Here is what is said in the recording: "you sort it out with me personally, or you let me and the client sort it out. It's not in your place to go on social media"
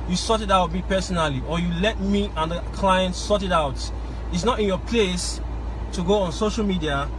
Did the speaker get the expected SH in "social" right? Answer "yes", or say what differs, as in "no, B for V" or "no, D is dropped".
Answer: yes